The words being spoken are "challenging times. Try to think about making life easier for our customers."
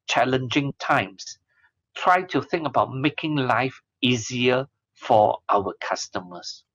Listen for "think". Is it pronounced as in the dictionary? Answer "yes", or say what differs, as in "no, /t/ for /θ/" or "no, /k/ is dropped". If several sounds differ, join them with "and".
yes